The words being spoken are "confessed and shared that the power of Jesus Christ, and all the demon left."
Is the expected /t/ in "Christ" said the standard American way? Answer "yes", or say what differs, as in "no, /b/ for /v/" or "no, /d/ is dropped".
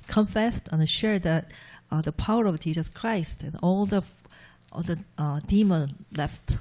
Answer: yes